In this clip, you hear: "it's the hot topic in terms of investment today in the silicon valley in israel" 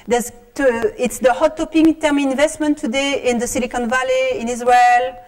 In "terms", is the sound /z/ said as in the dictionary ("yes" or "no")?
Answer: no